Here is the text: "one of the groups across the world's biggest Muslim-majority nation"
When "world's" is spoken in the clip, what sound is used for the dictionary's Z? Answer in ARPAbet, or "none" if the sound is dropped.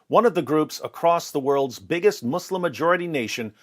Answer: Z